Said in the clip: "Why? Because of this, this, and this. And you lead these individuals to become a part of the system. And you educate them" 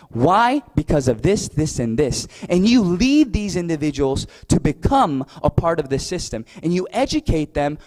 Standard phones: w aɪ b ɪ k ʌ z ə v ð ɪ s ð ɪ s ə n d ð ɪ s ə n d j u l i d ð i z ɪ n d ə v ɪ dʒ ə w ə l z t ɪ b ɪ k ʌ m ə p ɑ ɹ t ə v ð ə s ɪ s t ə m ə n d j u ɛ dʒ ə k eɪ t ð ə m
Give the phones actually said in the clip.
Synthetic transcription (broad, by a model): w aɪ b ɪ k ʌ z ə v ð ɪ s ð ɪ s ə n ð ɪ s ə n j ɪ l i d ð i z ɪ n d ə v ɪ dʒ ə w l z t ɪ b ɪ k ʌ m ə p ɑ ɹ t ə v ð ə s ɪ s t ə m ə n j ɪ ɛ dʒ ə k eɪ t ð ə m